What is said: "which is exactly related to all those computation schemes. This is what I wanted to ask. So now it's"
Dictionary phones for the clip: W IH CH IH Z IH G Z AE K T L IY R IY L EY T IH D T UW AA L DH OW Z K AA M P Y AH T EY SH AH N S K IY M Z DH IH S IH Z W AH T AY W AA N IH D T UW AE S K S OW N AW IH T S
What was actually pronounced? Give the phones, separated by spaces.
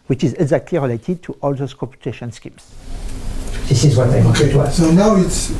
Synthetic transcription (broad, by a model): W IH CH IH Z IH G Z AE K T L IY R IY L EY T IH D T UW AA L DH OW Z K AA P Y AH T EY SH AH N S K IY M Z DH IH S IH Z W AH T AY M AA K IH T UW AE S S OW N AW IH T S